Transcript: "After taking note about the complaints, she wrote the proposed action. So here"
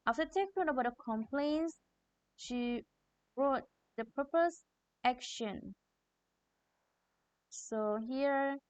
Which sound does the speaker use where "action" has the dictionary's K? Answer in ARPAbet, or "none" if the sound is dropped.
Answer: K